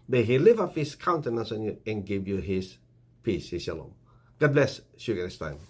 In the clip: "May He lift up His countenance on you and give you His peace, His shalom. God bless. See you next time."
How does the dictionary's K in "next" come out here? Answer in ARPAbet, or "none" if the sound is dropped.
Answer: none